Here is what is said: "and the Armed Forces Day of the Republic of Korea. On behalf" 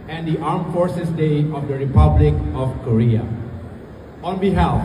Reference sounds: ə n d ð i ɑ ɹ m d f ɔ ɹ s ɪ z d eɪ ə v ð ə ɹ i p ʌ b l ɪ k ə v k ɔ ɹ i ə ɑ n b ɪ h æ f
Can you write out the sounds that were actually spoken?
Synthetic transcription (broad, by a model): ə n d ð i ɑ ɹ m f ɔ ɹ s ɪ s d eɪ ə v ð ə ɹ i p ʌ b l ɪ k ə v k ɔ ɹ i ə ɑ n b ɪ h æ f